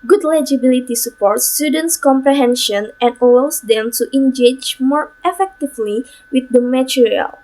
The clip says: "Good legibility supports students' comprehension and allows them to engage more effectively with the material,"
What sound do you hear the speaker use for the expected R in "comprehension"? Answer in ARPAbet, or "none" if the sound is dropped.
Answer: R